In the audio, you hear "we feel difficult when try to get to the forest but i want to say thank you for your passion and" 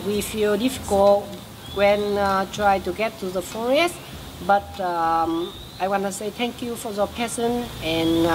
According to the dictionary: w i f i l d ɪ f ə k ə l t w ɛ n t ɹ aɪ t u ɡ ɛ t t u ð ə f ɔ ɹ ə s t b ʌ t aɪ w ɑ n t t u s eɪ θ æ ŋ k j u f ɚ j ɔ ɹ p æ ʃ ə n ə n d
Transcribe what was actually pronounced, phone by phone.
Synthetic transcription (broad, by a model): w i f i l d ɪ f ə k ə l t w ɛ n t ɹ aɪ t u ɡ ɛ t t u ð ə f ɔ ɹ ə s t b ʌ t aɪ w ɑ n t t u s eɪ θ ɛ ŋ k j u f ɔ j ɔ p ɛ s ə n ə n